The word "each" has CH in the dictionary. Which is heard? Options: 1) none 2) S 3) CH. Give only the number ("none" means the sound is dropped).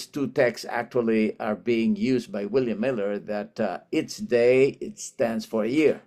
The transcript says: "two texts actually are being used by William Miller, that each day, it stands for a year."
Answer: 2